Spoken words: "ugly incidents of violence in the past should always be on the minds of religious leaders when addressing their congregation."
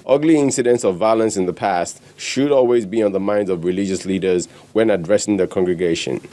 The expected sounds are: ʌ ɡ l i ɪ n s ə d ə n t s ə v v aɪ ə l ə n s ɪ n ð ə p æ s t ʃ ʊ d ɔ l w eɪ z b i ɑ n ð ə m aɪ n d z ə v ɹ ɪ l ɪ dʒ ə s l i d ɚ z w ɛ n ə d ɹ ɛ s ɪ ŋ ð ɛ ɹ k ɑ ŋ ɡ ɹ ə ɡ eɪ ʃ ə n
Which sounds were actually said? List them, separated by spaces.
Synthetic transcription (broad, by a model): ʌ ɡ l i ɪ n s ə d ə n t s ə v v aɪ ə l ə n s ɪ n ð ə p æ s t ʃ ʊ d ɔ l w eɪ z b i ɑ n ð ə m aɪ n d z ə v ɹ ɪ l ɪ dʒ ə s l i d ɚ z w ɛ n ə d ɹ ɛ s ɪ ŋ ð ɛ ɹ k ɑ ŋ ɡ ɹ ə ɡ eɪ ʃ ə n